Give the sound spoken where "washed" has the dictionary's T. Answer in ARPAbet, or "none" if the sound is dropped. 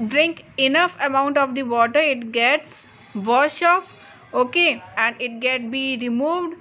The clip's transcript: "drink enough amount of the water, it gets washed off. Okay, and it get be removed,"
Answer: none